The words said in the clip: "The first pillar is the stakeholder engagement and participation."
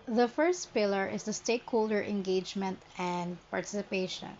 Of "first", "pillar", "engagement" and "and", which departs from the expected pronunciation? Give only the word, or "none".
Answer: none